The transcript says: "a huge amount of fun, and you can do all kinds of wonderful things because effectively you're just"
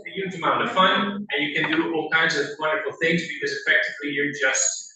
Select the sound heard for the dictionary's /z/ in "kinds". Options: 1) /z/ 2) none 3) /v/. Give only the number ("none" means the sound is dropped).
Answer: 1